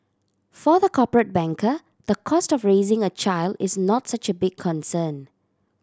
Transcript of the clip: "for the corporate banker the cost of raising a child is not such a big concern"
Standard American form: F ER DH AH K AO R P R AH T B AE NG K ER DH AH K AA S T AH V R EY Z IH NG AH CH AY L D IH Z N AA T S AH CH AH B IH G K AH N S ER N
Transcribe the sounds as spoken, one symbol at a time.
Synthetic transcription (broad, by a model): F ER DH AH K AO P R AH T B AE NG K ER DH AH K AA S T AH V R EY Z IH NG AH CH AY L D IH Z N AA T S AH CH AH B IH G K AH N S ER N